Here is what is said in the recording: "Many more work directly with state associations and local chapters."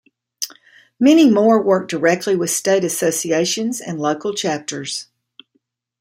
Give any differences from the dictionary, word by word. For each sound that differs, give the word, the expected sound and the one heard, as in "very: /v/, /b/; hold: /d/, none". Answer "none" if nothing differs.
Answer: none